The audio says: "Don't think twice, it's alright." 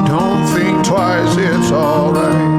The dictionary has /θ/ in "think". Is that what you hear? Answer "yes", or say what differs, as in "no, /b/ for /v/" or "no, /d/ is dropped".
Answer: yes